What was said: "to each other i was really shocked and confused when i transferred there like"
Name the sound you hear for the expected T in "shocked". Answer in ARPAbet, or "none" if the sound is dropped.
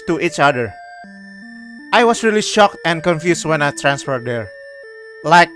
T